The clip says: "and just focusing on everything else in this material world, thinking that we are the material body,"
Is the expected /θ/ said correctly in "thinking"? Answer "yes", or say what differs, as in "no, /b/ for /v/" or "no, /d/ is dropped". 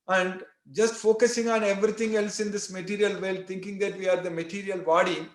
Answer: no, /t/ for /θ/